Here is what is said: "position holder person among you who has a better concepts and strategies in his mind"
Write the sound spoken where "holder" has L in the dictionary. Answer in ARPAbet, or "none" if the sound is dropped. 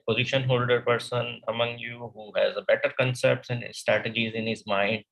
L